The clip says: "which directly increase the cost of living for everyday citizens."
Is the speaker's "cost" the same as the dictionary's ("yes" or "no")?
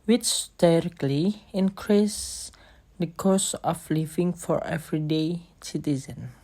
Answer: no